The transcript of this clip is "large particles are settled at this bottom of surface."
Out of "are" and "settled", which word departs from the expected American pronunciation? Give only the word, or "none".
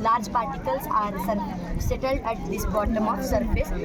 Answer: none